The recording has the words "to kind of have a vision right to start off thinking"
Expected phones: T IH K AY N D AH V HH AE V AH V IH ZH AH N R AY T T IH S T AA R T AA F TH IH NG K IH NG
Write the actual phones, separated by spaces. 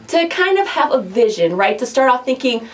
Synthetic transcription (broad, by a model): T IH K AY N D AH V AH V AH V IH ZH AH N R AY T T IH S T AA R T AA P TH IH NG K IH NG